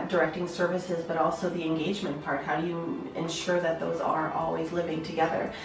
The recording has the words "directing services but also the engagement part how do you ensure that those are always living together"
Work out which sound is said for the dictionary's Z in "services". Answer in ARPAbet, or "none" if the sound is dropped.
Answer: Z